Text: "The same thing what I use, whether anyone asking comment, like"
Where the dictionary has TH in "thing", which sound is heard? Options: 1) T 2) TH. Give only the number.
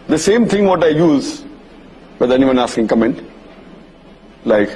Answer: 1